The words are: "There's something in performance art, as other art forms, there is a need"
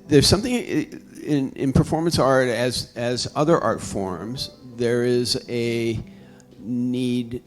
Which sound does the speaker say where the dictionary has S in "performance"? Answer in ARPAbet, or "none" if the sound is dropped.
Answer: S